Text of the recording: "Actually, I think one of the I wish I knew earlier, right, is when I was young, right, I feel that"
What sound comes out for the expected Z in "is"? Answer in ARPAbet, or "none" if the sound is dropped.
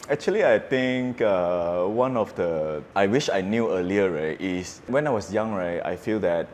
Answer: S